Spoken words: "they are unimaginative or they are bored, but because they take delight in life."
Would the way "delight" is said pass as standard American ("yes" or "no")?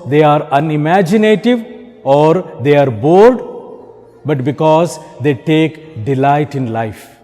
yes